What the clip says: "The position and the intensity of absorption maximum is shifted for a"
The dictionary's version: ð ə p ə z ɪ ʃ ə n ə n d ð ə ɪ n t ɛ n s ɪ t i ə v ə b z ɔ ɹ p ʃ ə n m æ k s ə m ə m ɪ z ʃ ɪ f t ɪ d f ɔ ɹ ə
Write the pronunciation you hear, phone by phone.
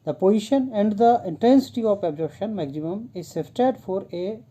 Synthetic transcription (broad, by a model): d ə p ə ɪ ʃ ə n ə n d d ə ɪ n t ɛ n s ɪ t i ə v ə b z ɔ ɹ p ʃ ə n m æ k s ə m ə m ɪ z s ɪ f t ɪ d f ɔ ɹ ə